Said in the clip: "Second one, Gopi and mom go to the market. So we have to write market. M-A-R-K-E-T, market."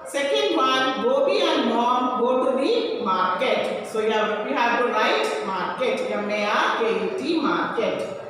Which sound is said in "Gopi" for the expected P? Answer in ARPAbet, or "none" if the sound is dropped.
B